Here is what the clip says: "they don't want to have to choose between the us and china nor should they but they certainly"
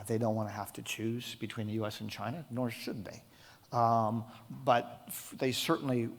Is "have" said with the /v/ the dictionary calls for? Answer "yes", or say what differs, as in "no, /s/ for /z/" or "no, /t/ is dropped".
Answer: no, /f/ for /v/